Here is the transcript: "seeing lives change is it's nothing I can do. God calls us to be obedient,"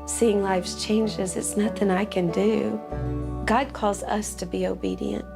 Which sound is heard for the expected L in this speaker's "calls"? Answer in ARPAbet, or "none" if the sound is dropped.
L